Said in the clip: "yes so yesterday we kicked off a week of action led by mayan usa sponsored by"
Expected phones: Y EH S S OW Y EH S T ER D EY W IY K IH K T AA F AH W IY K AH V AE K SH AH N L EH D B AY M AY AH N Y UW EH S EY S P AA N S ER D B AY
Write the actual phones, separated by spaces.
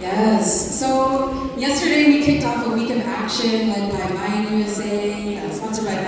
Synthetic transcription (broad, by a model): Y EH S S OW Y EH S T ER D EY W IY K IH K T AA F AH W IY K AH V AE K SH AH N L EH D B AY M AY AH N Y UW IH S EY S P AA N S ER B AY